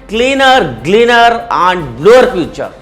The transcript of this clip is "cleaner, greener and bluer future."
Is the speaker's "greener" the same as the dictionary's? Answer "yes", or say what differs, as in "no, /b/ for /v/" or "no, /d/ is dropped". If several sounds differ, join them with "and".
no, /l/ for /ɹ/